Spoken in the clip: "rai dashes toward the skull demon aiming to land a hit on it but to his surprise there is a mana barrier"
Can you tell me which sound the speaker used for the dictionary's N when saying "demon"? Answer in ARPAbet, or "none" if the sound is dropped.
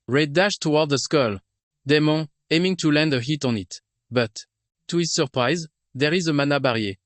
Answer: none